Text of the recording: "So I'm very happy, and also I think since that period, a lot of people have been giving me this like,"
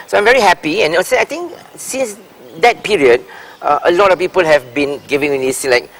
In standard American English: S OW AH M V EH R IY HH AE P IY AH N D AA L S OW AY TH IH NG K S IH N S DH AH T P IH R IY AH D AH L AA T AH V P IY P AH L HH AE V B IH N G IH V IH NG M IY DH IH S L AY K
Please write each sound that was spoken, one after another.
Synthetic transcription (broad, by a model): S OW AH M V EH R IY HH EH P IY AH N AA S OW AY T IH NG K S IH N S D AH T P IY R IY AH D AH L AA T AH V P IY P AH L HH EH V B IH N G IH V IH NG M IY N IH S L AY K